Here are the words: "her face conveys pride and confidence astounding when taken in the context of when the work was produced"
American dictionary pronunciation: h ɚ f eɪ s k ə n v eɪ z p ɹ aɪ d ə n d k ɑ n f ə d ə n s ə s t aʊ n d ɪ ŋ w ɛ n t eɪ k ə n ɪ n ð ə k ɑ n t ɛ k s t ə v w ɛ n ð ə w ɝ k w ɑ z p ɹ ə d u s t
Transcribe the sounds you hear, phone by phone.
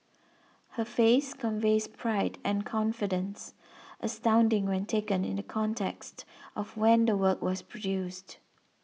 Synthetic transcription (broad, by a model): h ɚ f eɪ s k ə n v eɪ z p ɹ aɪ d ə n k ɑ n f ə d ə n s ə s t aʊ n d ɪ ŋ w ɛ n t eɪ k ə n ɪ n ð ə k ɑ n t ɛ k s t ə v w ɛ n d ə w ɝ k w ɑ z p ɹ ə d u s t